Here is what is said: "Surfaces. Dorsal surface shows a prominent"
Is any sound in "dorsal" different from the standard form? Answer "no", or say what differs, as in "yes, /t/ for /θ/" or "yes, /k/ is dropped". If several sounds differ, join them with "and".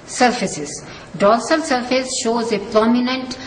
yes, /l/ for /ɹ/